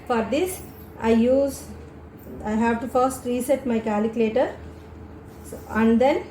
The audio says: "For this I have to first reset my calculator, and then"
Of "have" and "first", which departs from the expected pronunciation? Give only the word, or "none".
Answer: none